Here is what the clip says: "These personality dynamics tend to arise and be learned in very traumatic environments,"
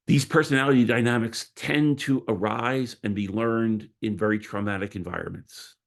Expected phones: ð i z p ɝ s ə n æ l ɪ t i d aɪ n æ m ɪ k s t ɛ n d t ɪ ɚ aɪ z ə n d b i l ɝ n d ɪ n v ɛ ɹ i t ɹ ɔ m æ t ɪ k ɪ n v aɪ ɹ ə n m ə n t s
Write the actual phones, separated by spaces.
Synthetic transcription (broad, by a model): ð i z p ɝ s ə n æ l ɪ t i d aɪ n æ m ɪ k s t ɛ n t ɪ ɚ aɪ z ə n b i l ɝ n d ɪ n v ɛ ɹ i t ɹ ɔ m æ t ɪ k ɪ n v aɪ ɹ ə n m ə n t s